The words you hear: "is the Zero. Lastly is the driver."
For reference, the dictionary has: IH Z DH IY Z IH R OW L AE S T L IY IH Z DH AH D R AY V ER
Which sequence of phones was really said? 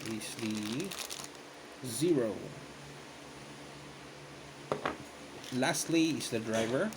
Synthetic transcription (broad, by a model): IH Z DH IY Z IH R OW L AE S T L IY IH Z DH AH D R AY V ER